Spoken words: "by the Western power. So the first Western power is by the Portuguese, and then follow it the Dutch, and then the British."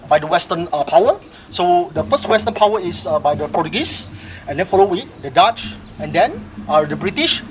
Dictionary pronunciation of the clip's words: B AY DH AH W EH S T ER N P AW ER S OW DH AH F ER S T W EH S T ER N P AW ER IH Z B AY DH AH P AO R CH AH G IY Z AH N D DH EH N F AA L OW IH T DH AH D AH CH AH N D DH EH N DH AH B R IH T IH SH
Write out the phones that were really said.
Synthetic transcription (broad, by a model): B AY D AH W EH S T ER N P AW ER S OW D AH F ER S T W EH S T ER N P AW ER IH S B AY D AH P AO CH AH G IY S AH N D EH N F AA L OW IH T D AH D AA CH AH N D EH N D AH B R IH T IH SH